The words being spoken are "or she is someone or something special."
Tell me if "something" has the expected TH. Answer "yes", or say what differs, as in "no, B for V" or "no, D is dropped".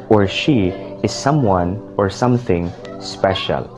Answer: yes